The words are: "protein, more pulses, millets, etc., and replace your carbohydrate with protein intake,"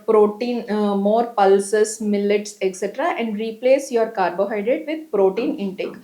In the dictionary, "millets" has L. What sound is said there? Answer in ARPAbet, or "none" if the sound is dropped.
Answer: L